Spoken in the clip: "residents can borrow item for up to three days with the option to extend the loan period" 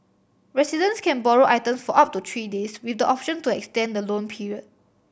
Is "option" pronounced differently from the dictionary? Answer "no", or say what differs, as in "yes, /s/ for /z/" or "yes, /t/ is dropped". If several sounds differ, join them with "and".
no